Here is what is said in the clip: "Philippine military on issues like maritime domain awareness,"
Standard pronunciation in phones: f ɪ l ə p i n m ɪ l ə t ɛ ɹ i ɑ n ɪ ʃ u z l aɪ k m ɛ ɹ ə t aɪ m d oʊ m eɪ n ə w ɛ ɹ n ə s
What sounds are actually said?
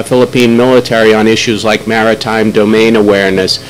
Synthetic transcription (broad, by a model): f ɪ l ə p i n m ɪ l ə t ɛ ɹ i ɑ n ɪ ʃ u z l aɪ k m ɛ ɹ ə t aɪ m d oʊ m eɪ n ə w ɛ ɹ n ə s